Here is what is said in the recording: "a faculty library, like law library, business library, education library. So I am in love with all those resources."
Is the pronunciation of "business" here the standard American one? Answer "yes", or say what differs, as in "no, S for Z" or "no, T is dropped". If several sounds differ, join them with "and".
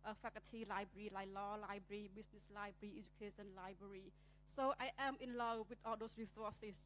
no, S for Z